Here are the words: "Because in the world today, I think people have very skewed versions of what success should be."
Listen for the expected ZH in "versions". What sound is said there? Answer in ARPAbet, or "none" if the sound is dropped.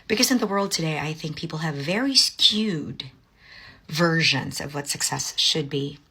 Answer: ZH